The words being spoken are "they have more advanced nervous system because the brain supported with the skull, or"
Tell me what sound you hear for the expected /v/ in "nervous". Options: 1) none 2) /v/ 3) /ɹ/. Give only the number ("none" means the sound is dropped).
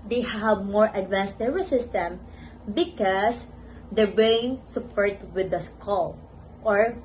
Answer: 1